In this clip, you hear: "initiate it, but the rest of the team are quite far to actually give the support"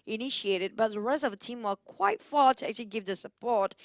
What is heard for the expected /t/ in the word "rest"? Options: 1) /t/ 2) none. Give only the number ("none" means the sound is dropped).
1